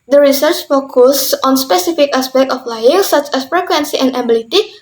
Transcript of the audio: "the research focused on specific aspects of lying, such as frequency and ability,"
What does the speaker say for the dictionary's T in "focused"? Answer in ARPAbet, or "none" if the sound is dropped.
none